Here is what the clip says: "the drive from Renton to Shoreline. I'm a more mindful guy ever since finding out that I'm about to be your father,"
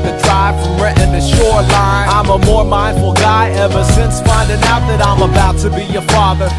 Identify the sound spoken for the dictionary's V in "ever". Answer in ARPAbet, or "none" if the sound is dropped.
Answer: V